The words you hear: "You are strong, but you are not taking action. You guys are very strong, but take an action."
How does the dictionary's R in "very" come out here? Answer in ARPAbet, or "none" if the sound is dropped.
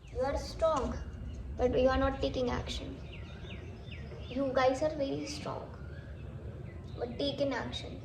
L